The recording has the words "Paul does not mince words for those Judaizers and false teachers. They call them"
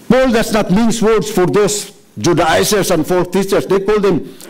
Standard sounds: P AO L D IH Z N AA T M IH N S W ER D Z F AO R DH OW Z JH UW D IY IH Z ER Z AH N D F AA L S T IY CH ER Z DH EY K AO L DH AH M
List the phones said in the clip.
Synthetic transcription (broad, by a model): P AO L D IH S N AA T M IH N S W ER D S F AO R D OW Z JH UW D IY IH S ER S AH N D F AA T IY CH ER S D EY K AO L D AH M